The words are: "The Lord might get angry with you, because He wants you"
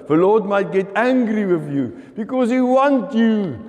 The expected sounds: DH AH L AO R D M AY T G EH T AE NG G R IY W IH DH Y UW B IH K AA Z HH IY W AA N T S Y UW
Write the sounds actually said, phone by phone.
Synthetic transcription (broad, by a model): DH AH L AO D M AY T G EH T AE NG G R IY W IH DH Y UW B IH K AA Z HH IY W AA N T Y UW